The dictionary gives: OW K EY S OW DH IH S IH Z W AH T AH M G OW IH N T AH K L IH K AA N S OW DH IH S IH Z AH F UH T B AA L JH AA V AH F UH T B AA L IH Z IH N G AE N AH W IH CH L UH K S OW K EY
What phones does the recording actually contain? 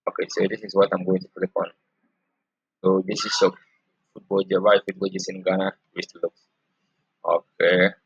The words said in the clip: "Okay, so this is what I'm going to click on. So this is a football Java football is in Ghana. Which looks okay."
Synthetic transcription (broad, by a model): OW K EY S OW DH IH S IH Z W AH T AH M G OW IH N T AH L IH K AA N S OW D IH S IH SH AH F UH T B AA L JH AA B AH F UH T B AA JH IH S IH N G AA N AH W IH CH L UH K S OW K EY